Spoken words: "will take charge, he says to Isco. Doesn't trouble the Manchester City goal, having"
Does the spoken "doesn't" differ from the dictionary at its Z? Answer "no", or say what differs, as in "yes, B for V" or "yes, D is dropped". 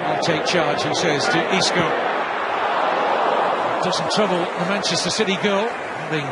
yes, S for Z